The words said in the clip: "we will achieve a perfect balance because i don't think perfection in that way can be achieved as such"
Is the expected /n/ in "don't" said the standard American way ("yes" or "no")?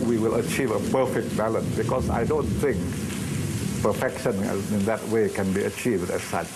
yes